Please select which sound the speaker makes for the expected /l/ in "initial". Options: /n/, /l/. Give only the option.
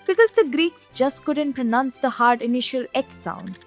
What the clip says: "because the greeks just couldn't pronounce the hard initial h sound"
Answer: /l/